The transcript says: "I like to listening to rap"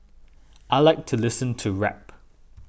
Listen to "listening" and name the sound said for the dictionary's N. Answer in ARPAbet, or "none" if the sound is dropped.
none